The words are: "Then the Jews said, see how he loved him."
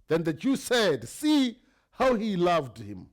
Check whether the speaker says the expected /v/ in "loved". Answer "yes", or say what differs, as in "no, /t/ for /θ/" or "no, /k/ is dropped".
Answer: yes